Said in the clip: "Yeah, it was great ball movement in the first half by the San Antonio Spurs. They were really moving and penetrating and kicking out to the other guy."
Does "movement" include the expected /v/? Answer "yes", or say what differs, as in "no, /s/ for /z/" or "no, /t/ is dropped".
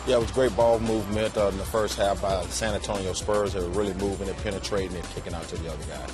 yes